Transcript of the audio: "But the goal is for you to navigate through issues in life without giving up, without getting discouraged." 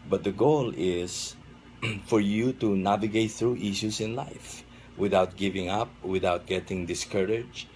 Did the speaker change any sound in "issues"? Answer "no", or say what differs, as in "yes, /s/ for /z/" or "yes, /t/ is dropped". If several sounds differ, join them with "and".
yes, /s/ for /z/